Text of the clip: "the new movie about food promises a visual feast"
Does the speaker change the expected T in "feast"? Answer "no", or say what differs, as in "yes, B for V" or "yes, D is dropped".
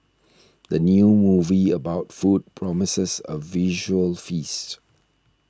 no